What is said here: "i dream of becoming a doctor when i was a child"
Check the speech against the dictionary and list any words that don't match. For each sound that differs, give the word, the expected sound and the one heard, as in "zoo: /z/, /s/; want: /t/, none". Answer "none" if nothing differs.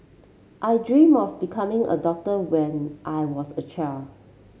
was: /z/, /s/; child: /d/, none